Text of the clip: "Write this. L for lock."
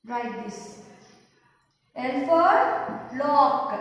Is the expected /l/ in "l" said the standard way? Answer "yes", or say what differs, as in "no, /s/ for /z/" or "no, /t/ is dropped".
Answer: no, /n/ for /l/